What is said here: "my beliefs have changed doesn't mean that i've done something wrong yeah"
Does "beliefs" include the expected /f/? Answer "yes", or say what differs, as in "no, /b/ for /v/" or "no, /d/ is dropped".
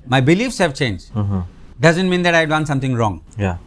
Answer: yes